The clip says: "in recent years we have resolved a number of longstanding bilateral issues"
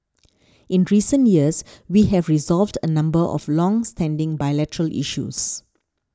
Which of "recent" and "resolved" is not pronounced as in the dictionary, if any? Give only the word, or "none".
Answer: none